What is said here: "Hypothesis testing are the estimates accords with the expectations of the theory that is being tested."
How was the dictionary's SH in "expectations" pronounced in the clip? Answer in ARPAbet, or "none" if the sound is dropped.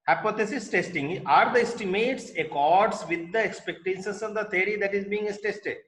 S